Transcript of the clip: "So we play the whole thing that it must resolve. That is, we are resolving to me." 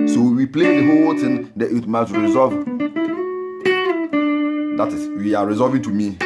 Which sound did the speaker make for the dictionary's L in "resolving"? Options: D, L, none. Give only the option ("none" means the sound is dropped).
none